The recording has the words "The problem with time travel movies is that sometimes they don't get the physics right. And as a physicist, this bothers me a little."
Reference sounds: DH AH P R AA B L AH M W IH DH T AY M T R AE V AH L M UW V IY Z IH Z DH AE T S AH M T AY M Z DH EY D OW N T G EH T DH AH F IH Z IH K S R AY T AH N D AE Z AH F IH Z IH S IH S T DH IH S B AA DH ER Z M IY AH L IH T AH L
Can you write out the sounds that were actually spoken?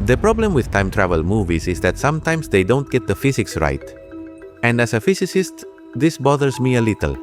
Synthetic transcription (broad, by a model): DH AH P R AA B L AH M W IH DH T AY M T R AE V AH L M UW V IY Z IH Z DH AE T S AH M T AY M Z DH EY D OW N T G EH T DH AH F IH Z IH K S R AY T AH N D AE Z AH F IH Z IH S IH S T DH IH S B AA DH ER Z M IY AH L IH T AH L